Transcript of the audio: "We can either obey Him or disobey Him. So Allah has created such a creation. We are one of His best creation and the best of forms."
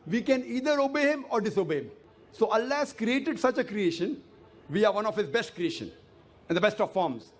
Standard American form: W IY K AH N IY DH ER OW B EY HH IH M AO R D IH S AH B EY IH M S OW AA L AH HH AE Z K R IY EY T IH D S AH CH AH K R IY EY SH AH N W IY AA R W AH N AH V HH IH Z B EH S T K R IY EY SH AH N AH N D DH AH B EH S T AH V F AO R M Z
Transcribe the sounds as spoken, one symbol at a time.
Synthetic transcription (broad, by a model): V IY K AH N IY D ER OW B EY HH IH M AO R D IH S AH B EY IH M S OW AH L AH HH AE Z K R IY EY T IH D S AH CH AH K R IY EY SH AH N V IY AA R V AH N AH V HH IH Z B EH S T K R IY EY SH AH N AH N D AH B EH S T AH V F AO R M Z